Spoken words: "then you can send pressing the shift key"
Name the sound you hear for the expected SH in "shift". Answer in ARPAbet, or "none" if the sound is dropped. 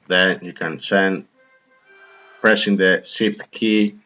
S